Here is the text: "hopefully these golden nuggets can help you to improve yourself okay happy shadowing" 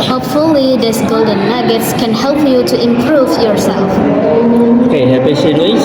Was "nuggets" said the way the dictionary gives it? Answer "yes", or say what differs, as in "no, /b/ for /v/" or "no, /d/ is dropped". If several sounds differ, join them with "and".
no, /l/ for /n/